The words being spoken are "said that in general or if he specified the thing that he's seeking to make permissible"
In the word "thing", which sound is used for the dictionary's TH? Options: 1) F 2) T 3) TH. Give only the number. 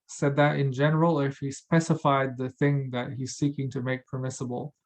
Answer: 3